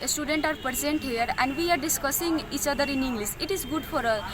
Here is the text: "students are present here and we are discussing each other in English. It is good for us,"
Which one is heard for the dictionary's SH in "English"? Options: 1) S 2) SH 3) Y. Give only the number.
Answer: 1